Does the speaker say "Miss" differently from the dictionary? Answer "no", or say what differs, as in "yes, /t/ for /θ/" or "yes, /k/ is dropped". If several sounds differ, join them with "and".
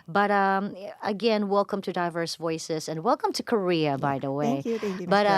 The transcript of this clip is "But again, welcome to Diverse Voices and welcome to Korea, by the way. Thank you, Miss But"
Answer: yes, /s/ is dropped